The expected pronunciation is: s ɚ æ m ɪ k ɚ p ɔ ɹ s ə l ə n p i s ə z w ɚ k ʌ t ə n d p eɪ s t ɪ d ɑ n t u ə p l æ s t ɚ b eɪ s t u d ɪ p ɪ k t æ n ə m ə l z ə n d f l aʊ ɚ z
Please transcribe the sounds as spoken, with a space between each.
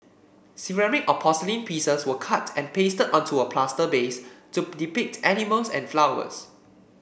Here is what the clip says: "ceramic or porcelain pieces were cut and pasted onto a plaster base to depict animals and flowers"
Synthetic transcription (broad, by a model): s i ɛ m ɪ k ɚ p ɔ s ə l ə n p i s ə s w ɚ k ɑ t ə n p eɪ s t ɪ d ɑ n t u ə p l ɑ s t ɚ b eɪ s t u d ɪ p ɪ k t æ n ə m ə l s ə n f l aʊ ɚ s